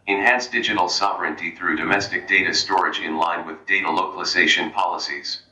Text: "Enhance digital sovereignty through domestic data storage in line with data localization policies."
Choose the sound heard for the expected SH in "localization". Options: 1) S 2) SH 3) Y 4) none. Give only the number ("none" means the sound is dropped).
2